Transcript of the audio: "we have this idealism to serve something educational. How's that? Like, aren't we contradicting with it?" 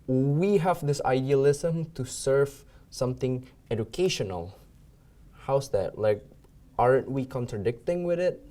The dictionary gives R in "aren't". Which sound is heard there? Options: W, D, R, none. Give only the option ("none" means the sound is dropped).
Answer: R